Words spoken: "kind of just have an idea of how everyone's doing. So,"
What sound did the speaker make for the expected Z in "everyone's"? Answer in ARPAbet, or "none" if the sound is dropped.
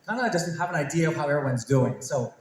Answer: Z